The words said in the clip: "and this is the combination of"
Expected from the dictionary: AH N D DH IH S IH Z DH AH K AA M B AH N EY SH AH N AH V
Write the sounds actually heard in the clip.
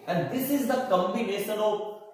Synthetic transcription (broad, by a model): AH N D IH S IH Z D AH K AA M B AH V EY S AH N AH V